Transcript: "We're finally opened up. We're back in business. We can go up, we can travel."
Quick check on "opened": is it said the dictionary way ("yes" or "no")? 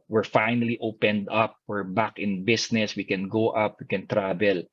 yes